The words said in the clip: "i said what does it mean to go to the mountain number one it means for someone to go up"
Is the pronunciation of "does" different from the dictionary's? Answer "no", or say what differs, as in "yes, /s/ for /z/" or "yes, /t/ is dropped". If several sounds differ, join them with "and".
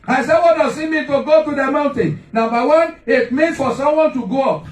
yes, /s/ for /z/